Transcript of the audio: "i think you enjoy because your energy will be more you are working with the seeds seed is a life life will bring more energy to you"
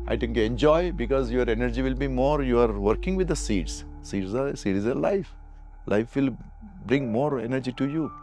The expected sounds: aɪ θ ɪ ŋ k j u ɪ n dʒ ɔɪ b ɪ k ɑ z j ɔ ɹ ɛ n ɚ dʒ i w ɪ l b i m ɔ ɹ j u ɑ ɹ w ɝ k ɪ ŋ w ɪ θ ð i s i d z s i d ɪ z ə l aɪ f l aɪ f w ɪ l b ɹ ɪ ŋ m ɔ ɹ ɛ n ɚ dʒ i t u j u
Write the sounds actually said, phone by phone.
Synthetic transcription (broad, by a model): aɪ t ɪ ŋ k j u ɪ n dʒ ɔɪ b ɪ k ɑ z j ɔ ɹ ɛ n ɚ dʒ i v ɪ l b i m ɔ ɹ j u ɑ ɹ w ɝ k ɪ ŋ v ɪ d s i s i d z s i d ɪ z ə l aɪ f l aɪ f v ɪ l b ɹ ɪ ŋ m ɔ ɹ ɛ n ɚ dʒ i t u j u